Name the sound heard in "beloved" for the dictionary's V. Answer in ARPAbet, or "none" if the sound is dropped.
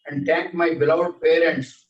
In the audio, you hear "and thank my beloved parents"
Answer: none